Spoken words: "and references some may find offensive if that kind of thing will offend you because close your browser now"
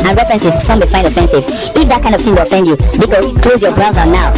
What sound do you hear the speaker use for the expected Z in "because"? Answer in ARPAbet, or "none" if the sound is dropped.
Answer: none